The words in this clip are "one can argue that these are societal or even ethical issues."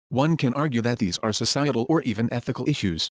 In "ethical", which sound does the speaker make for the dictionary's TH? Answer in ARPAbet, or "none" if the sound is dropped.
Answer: TH